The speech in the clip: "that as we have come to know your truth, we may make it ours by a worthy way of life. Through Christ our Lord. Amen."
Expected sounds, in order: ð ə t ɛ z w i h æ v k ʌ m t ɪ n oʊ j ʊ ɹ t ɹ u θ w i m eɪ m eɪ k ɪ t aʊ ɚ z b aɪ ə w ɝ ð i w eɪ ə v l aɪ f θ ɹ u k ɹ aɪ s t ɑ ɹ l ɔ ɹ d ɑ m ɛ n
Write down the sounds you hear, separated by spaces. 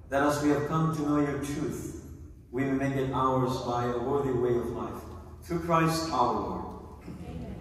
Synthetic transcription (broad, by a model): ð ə t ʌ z w i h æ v k ʌ m t ɪ n oʊ j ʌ ɹ t ɹ u θ w i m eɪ m eɪ k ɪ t aʊ ɚ z b aɪ ə w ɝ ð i w eɪ ə v l aɪ f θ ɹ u k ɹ aɪ s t ɑ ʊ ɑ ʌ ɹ